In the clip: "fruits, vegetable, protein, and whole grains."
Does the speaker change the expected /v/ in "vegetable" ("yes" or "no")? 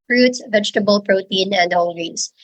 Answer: no